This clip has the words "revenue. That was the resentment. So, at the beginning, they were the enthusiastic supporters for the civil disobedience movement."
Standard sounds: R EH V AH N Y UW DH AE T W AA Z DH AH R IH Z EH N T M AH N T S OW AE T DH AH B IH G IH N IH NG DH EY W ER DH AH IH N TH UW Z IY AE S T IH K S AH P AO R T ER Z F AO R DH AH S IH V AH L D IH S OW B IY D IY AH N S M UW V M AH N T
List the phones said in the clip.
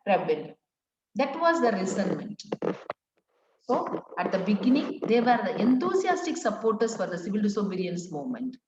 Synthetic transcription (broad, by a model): R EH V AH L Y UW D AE T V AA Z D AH R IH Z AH N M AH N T S OW AE T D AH B IH G IH N IH NG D EY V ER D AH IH N T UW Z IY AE S T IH K S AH P AO R T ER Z F AO R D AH S IH V AH L D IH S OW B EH D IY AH N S M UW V M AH N T